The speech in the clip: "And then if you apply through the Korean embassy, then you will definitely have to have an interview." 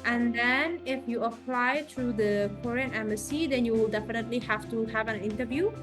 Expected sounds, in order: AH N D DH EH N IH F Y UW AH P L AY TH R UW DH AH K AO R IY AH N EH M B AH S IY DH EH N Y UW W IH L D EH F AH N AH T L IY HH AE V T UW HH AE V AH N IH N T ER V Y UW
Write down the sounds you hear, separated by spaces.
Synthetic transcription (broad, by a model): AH N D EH N IH F Y UW AH P L AY T R UW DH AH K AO R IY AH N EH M AH S IY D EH N Y UW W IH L D EH F AH N AH T L IY HH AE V T UW HH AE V AH N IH N T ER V Y UW